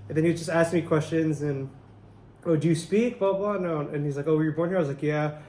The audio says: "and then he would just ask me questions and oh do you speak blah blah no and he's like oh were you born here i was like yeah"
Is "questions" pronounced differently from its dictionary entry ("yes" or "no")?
no